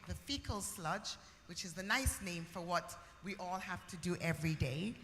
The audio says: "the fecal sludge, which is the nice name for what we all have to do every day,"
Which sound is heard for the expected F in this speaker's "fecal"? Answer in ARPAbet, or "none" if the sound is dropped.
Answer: F